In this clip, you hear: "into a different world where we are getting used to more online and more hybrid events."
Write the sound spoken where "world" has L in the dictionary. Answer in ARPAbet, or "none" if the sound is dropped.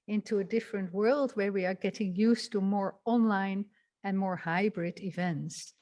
L